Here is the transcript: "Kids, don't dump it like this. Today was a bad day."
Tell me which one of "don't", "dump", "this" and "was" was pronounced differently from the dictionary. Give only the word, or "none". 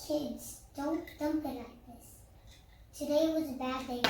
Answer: none